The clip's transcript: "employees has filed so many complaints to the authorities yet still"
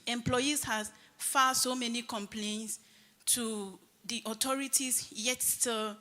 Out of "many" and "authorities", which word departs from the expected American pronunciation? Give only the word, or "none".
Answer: authorities